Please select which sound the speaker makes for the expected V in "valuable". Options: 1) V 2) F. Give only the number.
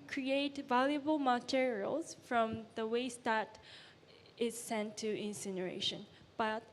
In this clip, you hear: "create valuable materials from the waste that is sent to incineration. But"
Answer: 1